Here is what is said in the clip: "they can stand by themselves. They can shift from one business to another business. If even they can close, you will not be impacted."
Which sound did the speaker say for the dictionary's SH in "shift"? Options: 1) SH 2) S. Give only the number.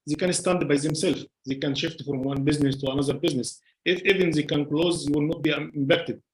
1